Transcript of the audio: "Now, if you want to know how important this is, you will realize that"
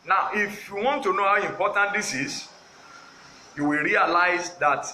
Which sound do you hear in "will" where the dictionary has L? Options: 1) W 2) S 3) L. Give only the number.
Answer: 3